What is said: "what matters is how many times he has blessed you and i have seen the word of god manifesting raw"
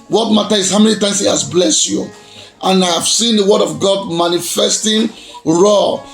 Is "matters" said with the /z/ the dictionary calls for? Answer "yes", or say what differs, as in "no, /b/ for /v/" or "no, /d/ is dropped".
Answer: no, /z/ is dropped